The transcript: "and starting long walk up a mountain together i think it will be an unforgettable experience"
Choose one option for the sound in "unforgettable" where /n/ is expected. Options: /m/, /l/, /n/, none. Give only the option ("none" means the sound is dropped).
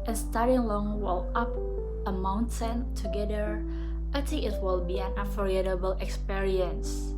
none